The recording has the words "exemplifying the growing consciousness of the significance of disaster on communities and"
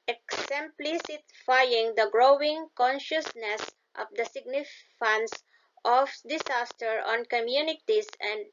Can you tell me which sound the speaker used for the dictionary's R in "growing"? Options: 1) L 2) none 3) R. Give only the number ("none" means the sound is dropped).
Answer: 3